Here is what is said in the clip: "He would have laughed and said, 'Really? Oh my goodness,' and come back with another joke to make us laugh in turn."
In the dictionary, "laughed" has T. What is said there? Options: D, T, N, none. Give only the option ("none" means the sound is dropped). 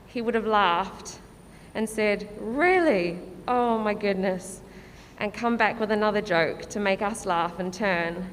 T